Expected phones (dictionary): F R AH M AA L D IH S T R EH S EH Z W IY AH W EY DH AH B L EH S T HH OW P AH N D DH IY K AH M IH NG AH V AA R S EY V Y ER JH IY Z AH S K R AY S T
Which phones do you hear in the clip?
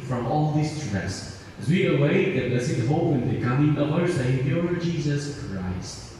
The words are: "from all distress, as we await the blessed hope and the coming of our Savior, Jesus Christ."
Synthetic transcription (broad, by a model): F R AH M AA L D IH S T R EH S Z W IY AH W EY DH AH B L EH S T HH OW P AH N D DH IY K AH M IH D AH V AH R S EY P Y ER JH IY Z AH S K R AY S T